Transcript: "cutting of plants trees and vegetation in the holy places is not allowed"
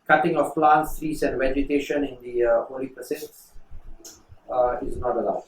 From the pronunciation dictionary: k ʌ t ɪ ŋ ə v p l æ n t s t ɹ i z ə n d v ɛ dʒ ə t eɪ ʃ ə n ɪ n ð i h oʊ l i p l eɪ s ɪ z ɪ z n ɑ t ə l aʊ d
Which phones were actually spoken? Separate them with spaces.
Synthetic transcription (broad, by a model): k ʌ t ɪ ŋ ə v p l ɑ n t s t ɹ i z ə n d v ɛ dʒ ə t eɪ ʃ ə n ɪ n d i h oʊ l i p ʌ s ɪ s ɪ z n ɑ t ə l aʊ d